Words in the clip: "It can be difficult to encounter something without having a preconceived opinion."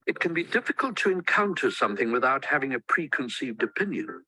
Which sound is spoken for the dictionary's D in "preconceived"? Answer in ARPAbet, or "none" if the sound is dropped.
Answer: D